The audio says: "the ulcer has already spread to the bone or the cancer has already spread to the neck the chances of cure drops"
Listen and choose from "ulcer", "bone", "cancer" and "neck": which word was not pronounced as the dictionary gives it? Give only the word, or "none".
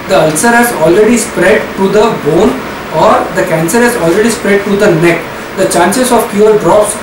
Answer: none